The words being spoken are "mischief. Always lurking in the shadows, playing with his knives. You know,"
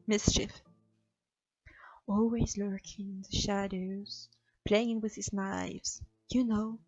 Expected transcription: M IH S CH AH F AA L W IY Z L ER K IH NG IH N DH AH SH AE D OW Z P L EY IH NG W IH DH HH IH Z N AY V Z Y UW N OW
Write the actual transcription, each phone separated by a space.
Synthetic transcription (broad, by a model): M IH S CH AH F AA L W IY Z L ER K IH NG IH N DH AH SH AE D OW Z P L EY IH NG W IH DH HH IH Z N AY V Z Y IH N OW